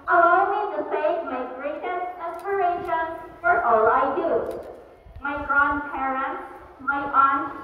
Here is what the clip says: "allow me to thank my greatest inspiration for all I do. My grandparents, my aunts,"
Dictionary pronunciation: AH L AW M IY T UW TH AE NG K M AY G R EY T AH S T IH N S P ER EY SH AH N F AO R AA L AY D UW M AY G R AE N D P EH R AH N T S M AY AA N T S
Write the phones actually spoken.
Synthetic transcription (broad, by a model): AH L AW M IY T UW S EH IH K M AY G R EY T AH S T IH S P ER EY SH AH N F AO R AA L AY D UW M AY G R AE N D P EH R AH N T S M AY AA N